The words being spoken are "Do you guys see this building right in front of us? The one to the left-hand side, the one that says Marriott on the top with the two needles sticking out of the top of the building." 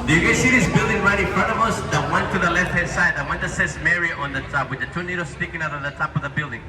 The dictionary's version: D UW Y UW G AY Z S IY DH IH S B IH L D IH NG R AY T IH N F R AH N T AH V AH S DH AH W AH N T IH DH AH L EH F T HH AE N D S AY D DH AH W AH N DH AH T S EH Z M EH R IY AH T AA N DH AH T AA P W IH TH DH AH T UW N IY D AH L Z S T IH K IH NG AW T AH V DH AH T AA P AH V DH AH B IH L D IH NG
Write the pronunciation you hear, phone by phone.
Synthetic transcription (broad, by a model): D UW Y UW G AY S IY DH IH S B IH L D IH NG R AY T IH N F R AH N T AH V AH S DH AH W AH N T IH DH AH L EH F T HH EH D S AY D DH AH W AH N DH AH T S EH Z M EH R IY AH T AA N DH AH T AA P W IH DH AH T UW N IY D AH S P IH K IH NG AW T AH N DH AH T AA P AH V DH AH B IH L D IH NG